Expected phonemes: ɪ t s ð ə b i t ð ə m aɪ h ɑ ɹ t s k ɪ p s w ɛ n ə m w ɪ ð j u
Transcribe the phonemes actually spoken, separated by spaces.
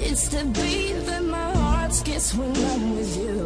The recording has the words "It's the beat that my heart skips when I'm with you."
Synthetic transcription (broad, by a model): ɪ t s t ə b i ð ə m aɪ h ɑ ɹ t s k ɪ s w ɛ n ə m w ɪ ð j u